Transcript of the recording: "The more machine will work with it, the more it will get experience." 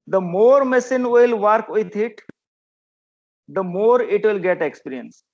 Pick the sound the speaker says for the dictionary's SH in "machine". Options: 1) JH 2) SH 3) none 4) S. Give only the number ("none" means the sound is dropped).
4